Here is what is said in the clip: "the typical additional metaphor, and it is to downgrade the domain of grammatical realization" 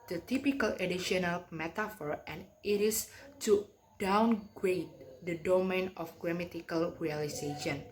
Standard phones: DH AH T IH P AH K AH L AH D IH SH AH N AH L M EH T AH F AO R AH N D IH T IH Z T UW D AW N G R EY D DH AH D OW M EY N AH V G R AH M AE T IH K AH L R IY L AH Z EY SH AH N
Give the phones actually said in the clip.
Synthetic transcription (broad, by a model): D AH T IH P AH K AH L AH D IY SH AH N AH L M EH T AH F AO R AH N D IH T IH S T UW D AW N G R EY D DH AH D OW M EY N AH F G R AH M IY T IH K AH L R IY L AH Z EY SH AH N